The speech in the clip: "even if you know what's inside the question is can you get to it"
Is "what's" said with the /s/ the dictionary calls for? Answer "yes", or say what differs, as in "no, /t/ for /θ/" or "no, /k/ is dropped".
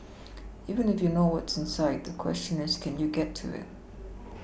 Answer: yes